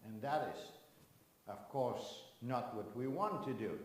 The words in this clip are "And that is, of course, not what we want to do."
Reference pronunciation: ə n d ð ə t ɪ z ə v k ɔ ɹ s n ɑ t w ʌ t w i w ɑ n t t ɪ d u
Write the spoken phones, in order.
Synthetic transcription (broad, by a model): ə n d ð ə t ɪ z ə v k ɔ ɹ s n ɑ t w ʌ t w i w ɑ n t t ɪ d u